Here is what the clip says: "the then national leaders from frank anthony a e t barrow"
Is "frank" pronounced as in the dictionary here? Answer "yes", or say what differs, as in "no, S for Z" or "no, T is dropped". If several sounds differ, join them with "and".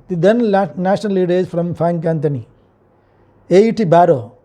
no, R is dropped